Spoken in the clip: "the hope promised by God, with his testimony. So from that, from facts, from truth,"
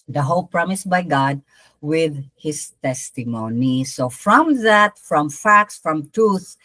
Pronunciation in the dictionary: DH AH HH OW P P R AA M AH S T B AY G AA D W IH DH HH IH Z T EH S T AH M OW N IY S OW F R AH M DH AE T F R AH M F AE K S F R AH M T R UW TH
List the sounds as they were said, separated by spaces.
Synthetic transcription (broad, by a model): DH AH HH OW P P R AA M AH S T B AY G AA D W IH DH HH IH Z T EH S T AH M OW N IY S OW F R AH M DH AE T F R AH M F AE K S F R AH M T R UW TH